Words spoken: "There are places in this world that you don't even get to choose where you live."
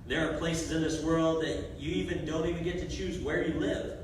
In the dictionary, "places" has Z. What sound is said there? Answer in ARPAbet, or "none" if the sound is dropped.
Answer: Z